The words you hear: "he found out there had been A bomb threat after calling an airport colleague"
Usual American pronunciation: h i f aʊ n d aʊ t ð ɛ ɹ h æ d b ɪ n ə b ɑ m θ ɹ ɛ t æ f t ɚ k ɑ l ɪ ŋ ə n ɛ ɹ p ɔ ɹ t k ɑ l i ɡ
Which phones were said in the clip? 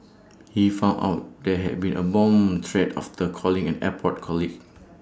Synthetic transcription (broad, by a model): h i f aʊ n aʊ t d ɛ h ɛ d b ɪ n ə b ɑ m t ɹ ɛ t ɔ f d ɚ k ɑ l ɪ ŋ ə n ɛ p ɔ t k ɑ l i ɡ